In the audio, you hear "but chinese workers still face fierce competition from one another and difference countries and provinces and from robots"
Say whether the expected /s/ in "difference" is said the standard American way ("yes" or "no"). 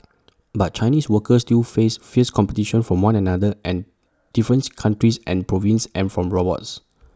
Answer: no